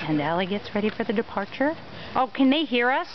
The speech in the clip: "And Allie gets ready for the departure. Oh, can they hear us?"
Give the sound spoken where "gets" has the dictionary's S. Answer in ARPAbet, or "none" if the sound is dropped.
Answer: S